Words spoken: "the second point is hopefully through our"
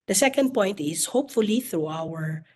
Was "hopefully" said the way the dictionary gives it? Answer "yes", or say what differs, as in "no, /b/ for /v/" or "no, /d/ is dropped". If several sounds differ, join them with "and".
yes